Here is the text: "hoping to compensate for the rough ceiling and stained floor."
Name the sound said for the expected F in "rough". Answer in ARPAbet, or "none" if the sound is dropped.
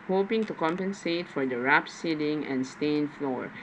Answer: P